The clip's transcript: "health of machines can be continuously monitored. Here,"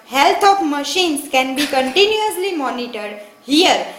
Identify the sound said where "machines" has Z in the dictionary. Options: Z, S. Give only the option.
S